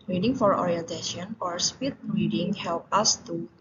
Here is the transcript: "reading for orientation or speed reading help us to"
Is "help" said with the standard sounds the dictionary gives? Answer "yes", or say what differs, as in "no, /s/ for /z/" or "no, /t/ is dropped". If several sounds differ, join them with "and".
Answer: yes